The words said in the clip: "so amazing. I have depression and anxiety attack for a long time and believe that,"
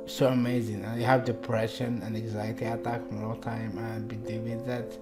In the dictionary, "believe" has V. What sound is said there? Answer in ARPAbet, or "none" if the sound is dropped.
W